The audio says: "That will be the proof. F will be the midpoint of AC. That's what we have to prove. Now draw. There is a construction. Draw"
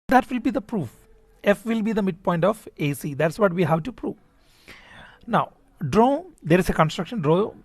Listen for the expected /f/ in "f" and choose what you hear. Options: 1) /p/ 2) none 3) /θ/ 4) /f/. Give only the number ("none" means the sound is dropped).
4